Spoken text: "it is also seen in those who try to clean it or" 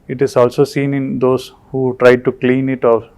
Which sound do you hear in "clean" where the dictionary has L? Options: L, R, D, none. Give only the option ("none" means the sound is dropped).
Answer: L